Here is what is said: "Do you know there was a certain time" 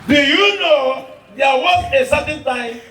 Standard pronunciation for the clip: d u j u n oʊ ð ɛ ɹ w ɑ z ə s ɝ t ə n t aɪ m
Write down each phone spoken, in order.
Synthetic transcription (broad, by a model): d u j u n oʊ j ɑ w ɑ s ə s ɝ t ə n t aɪ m